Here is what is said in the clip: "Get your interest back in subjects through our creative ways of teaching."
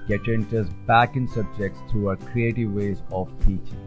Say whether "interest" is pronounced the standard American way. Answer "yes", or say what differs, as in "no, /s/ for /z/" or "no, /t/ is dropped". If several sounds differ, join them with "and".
no, /ɹ/ is dropped